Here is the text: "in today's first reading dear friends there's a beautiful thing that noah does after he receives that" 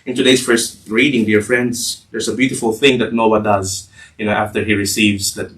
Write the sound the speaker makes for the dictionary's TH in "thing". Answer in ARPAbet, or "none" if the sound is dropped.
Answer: TH